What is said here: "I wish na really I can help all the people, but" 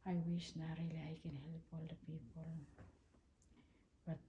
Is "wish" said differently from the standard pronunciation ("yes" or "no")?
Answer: yes